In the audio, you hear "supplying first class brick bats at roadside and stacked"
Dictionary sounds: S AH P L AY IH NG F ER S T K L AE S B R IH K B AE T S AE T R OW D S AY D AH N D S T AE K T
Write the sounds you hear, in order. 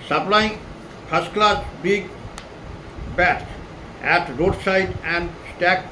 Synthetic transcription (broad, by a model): S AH P L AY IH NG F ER S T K L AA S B IH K B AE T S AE T R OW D S AY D AH N D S T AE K